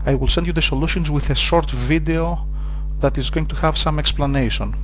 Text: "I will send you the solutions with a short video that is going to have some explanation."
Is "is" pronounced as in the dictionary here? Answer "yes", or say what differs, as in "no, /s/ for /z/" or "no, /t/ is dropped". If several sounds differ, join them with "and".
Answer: yes